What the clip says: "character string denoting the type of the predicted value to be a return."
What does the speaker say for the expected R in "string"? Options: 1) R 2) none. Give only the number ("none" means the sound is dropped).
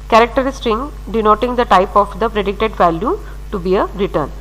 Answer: 2